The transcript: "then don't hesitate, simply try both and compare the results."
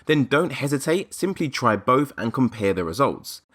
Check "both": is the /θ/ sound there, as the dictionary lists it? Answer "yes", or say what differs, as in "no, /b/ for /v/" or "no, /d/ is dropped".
yes